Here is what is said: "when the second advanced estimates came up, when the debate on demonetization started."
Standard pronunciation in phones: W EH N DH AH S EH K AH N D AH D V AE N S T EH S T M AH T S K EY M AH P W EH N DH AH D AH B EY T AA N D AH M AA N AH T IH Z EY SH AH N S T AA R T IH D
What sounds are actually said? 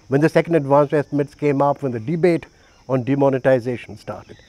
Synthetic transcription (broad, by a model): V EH N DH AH S EH K AH N D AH D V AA N S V EH S T M AH T S K EY M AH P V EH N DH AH D AH B EY T AA N D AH M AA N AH T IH Z EY SH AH N S T AA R T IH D